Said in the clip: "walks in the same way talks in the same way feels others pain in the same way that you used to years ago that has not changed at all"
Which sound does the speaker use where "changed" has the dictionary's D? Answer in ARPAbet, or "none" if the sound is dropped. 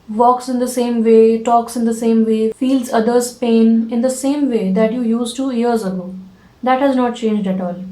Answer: D